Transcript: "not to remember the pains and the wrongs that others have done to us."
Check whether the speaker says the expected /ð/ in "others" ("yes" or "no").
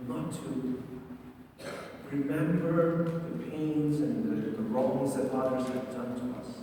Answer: no